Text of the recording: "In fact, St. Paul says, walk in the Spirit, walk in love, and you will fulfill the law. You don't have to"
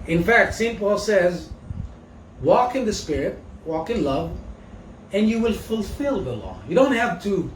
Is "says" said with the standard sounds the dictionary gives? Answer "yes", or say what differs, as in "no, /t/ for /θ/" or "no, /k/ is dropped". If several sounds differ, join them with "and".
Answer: yes